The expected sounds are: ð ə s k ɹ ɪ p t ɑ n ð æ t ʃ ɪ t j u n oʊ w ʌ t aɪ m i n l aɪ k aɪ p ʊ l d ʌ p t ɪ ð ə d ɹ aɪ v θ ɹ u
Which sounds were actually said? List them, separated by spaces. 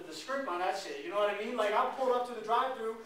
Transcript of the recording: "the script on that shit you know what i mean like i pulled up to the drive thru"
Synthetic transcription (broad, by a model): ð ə s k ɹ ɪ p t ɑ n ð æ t s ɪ j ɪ n oʊ w ʌ t aɪ m i n l aɪ k aɪ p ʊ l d ʌ p t ɪ ð ə d ɹ aɪ v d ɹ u